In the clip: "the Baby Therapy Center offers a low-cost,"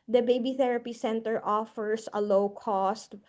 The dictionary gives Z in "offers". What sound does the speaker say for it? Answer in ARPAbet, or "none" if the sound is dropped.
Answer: S